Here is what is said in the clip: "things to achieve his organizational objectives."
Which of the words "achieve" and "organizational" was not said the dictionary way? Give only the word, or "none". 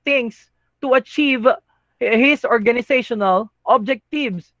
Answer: organizational